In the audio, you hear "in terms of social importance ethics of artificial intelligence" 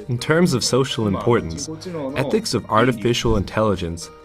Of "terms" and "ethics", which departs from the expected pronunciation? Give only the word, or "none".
none